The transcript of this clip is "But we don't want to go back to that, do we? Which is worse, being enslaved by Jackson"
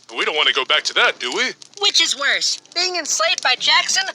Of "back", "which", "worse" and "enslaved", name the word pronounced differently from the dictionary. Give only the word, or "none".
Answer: enslaved